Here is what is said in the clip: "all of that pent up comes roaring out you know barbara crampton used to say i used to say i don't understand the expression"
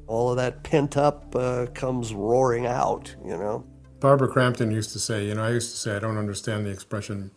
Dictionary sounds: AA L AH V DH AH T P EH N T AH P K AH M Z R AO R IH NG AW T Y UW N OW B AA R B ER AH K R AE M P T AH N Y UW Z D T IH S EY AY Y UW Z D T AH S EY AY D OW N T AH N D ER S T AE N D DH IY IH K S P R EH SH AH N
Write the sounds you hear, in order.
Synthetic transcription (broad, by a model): AA L AH V DH AH T P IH N T AH P K AH M Z R AO R IH NG AW T Y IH N OW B AA R B ER K R AE M P T AH N Y UW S T IH S EY AY Y UW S T AH S EY AY D OW N T AH N D ER S T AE N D DH IY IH K S P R EH SH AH N